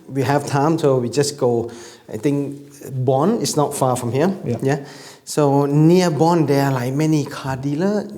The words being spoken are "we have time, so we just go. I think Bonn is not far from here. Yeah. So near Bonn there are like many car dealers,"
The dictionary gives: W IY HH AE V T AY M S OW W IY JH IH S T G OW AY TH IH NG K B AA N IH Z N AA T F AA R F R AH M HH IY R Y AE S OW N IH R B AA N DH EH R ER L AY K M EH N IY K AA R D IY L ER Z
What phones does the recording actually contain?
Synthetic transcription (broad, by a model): W IY HH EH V T AY M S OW W IY JH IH S G OW AY T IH NG K B AA N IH S N AA T F AA F R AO M HH IY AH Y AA S OW N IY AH B AA N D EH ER L AY K M EH N IY K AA D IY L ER